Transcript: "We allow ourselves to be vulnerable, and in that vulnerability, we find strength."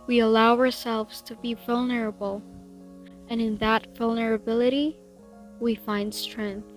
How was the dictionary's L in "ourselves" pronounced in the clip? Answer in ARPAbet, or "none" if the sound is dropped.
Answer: L